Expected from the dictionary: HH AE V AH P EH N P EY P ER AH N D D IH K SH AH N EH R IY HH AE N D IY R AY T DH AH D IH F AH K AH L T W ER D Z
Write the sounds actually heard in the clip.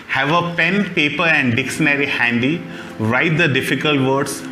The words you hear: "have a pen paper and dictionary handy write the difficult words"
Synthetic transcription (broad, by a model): HH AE V AH P EH N P EY P ER AH N D D IH K SH AH N EH R IY HH AE N D IY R AY T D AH D IH F AH K AH L T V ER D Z